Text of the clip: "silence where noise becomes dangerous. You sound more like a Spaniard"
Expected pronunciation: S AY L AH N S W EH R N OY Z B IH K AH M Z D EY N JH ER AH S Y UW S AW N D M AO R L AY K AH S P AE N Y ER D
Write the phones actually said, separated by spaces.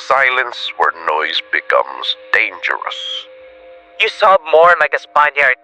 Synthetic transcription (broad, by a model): S AY L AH N S W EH R N OY Z B IH K AH M Z D EY N JH ER AH S Y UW S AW D M AO R L AY K AH S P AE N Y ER